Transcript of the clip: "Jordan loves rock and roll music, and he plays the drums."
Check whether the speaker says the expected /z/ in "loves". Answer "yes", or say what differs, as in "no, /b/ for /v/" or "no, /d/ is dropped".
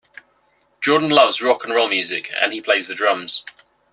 yes